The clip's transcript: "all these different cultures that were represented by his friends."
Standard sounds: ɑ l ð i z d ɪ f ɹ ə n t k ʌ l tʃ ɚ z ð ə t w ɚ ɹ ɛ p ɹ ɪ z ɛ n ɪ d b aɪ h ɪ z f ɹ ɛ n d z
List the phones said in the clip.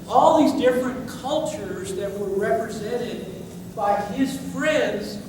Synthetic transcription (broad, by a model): ɑ l ð i z d ɪ f ɹ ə n k ʌ l tʃ ɚ z ð ə t w ɚ ɹ ɛ p ɹ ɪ z ɛ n ɪ d b aɪ ɪ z f ɹ ɛ n d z